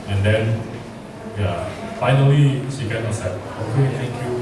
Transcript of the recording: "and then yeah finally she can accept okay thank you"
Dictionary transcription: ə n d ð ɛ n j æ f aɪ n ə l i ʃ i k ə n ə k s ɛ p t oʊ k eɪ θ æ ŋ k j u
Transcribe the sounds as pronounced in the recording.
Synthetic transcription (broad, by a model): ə n d ɛ n j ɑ f aɪ n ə l i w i k ə n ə s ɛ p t oʊ k eɪ t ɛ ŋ k j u